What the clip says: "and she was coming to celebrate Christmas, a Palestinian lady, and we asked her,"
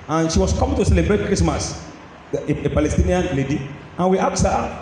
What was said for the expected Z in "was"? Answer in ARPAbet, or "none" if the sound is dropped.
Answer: S